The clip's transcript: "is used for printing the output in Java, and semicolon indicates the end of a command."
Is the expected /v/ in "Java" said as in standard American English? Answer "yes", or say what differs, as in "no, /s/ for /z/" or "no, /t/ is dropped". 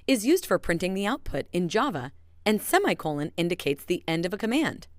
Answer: yes